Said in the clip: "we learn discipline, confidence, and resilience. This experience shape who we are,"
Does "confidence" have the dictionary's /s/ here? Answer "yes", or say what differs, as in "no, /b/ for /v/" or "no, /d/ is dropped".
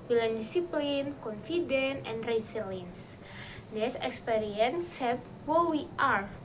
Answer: no, /s/ is dropped